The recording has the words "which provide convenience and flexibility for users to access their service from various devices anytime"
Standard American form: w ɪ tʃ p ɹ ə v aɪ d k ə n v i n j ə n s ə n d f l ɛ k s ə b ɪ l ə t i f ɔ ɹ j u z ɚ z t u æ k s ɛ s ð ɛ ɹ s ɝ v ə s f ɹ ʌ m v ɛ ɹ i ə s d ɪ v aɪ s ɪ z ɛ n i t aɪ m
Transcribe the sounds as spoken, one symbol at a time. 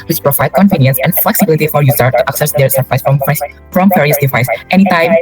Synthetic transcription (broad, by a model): w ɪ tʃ p ɹ ə v aɪ d k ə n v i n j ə n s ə n f l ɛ k s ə b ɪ l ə t i f ɔ ɹ j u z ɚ t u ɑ k s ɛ s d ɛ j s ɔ f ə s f ɹ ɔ m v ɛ ɹ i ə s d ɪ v aɪ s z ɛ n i t aɪ m